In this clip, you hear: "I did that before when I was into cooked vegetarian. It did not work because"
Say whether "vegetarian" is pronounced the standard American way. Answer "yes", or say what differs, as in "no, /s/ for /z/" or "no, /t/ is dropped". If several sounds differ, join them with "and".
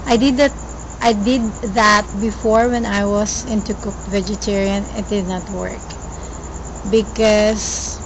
yes